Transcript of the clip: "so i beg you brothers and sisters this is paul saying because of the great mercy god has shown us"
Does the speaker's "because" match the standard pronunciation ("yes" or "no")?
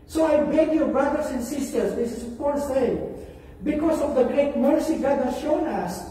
no